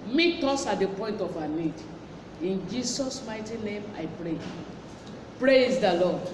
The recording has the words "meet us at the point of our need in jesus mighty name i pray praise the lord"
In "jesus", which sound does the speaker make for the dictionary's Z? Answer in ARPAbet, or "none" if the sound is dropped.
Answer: S